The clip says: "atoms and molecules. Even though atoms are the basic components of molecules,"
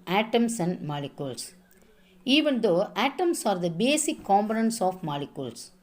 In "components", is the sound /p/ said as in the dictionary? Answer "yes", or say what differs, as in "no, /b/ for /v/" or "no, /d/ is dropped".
no, /b/ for /p/